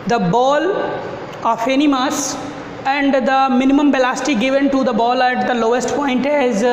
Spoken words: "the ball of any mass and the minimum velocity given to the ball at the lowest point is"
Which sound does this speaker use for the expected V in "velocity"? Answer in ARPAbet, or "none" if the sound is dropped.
B